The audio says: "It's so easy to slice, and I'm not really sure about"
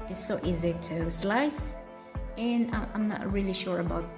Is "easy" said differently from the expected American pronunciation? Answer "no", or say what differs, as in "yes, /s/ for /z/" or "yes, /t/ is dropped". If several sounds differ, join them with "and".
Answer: no